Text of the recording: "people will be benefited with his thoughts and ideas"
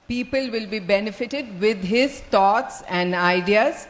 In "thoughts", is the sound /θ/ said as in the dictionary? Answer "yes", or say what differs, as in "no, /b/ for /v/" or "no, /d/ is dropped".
no, /t/ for /θ/